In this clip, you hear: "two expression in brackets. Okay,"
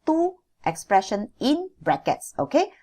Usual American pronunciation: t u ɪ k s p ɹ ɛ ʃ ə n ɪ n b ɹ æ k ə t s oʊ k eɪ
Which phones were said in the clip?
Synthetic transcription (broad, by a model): t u ɪ k s p ɹ ɛ ʃ ə n ɪ n b ɹ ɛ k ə t s oʊ k eɪ